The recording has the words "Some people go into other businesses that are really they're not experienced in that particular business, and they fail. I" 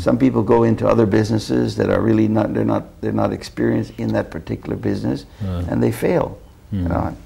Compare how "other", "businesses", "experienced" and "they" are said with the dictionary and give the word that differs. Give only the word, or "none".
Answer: none